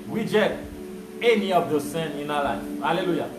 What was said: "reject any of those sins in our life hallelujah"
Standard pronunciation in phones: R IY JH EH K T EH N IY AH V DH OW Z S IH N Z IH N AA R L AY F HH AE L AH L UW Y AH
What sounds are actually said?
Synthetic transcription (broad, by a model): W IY JH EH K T EH N IY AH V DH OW S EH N IH N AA L AY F HH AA L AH L UW Y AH